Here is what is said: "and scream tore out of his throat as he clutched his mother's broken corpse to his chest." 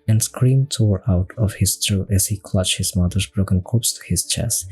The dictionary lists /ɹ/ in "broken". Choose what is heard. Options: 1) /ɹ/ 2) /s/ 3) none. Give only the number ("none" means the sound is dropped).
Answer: 1